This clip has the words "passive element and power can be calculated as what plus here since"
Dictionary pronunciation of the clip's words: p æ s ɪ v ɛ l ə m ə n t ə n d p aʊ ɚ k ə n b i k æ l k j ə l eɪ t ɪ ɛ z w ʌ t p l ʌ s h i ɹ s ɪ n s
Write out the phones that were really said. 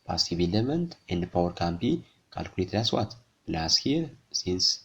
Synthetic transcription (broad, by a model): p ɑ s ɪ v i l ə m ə n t ə n d p aʊ ɚ k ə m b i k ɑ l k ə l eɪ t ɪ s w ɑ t b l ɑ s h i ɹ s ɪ n s